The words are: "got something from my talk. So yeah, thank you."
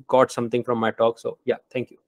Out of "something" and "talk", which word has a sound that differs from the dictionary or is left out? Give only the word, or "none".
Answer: something